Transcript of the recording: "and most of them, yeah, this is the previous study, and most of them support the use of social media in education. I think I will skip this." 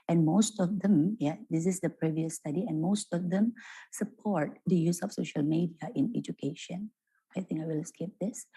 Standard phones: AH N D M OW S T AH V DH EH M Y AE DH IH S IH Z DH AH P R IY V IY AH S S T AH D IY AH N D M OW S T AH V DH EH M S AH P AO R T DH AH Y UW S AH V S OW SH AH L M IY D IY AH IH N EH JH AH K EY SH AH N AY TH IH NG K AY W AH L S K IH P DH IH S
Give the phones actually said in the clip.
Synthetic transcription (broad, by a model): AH N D M OW S T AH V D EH M Y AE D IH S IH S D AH P R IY V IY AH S S T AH D IY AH N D M OW S T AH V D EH M S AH P AO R T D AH Y UW S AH F S OW SH AH L M IY D IY AH IH N EH JH AH K EY SH AH N AY T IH NG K AY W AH L S K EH P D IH S